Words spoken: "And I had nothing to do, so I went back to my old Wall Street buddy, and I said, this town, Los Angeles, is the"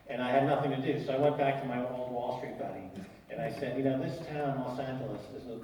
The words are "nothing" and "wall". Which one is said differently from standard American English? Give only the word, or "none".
none